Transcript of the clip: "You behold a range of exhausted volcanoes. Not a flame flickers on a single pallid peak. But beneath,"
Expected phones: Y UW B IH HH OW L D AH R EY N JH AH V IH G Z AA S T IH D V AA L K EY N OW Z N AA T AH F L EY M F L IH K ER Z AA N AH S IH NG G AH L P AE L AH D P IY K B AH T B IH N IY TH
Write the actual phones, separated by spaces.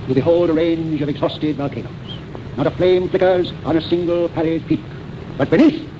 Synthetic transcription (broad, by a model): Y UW B IH HH OW L D AH R EY N JH AH V IH G Z AA S T IH D V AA L K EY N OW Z N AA T AH F L EY M F L IH K ER Z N AH S IH NG G AH L P AE L AH D P IY K B AH T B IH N IY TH